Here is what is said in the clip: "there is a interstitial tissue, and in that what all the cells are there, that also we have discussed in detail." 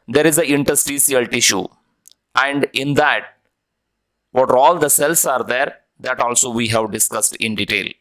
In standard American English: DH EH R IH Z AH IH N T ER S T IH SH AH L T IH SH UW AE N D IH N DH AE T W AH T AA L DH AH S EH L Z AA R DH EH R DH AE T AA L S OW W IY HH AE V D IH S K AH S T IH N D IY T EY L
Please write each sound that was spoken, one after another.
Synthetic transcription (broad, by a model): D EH R IH Z AH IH N T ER S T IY S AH L T IH SH UW AE N D IH N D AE T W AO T AA L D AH S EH L S AA R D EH R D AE T AA L S OW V IY HH AE V D IH S K AH S T IH N D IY T EY L